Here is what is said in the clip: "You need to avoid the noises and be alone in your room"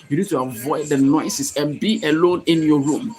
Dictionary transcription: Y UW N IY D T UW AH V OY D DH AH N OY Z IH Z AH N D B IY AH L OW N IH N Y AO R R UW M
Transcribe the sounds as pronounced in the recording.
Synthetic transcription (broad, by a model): Y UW N IY D T UW AH V OY D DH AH N OY S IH S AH N B IY AH L OW N IH N Y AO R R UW M